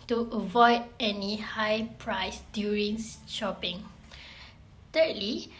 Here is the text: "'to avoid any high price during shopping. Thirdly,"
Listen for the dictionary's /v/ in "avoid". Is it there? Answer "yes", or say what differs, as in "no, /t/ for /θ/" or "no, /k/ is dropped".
yes